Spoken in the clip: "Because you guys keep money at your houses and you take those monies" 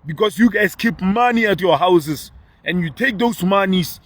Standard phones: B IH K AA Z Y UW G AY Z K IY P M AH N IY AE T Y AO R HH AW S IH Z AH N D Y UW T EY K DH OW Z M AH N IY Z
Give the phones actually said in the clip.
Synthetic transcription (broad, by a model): B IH K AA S Y UW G AY S K IY P M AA N IY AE T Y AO HH AW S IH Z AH N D Y UW T EY K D OW S M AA N IY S